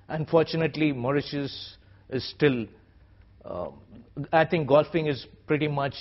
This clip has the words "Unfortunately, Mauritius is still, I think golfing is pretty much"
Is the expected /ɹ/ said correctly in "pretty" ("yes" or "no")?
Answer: yes